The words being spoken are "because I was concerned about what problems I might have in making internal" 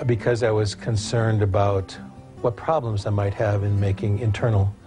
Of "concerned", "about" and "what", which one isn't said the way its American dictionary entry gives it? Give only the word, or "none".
none